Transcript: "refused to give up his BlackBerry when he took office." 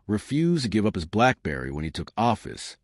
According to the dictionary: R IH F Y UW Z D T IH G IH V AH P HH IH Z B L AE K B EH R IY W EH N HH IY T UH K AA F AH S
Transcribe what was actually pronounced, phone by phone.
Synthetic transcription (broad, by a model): R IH F Y UW Z T IH G IH V AH P HH IH Z B L AE K B EH R IY W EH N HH IY T UH K AA F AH S